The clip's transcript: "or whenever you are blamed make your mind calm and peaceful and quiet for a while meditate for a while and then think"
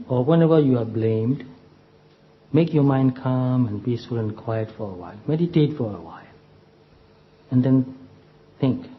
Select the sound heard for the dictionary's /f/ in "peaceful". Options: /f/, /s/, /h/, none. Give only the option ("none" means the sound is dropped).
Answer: none